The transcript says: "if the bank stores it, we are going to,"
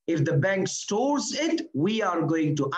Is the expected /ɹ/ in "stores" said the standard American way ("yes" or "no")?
yes